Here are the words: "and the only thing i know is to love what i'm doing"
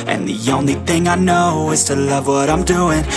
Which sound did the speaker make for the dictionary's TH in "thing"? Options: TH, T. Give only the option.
TH